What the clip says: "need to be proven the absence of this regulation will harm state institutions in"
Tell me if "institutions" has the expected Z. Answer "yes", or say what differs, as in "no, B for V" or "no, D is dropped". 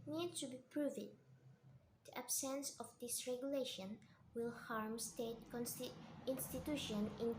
no, Z is dropped